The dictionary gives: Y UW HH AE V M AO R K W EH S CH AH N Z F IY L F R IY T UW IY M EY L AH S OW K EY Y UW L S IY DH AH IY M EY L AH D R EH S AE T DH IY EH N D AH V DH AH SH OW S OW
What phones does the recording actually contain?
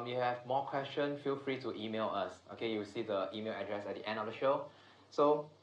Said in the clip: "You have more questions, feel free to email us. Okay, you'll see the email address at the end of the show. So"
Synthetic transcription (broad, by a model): Y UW HH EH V M AO K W EH S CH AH N F IY L F R IY T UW IY M EY L AH S OW K EY Y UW W S IY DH AH IY M EY L AH D R EH S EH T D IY EH N D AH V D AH SH OW S OW